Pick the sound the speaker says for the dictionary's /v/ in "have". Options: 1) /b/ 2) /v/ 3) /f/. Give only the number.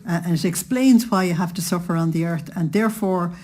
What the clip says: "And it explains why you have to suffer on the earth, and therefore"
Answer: 3